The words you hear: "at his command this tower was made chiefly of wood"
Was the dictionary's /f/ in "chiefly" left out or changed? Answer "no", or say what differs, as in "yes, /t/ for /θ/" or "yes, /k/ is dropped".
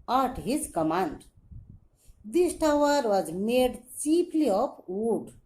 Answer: yes, /p/ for /f/